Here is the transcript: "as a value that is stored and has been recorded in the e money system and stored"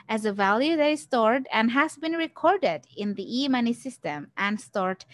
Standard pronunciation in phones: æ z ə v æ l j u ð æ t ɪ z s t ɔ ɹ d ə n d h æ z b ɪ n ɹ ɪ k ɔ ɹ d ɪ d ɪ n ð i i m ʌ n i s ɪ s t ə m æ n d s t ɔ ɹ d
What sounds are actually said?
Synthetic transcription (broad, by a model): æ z ə v æ l j u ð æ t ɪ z s t ɔ ɹ d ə n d h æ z b ɪ n ɹ ɪ k ɔ ɹ d ɪ d ɪ n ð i i m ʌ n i s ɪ s t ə m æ n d s t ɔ ɹ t